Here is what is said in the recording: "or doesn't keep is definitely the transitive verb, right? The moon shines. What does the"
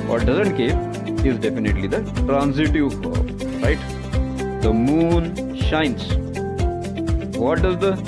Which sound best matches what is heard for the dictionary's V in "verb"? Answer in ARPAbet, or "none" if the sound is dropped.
F